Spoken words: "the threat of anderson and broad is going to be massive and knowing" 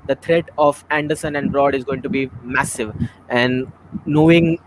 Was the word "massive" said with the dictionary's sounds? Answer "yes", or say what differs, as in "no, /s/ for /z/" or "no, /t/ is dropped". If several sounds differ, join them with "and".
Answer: yes